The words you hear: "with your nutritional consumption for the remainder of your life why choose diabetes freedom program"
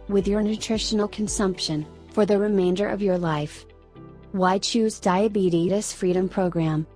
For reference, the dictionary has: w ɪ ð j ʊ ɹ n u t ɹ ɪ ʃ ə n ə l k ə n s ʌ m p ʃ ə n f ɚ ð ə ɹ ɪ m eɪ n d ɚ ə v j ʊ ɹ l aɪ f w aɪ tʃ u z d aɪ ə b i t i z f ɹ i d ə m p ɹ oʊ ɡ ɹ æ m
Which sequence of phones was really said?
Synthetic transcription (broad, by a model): w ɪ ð j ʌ ɹ n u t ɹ ɪ ʃ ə n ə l k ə n s ʌ m p ʃ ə n f ɚ ð ə ɹ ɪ m eɪ n d ɚ ə v j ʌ ɹ l aɪ f w aɪ tʃ u z d aɪ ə b i t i s f ɹ i d ə m p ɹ oʊ ɡ ɹ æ m